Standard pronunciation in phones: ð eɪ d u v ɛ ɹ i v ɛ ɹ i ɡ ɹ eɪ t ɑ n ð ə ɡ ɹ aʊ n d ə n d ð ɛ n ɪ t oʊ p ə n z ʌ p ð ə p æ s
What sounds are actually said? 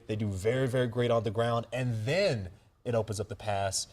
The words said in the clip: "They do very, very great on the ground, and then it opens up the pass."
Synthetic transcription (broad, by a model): ð eɪ d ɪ v ɛ ɹ i v ɛ ɹ i ɡ ɹ eɪ t n ð ə ɡ ɹ aʊ n d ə n ð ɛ n ɪ t oʊ p ə n z ʌ p ð ə p æ s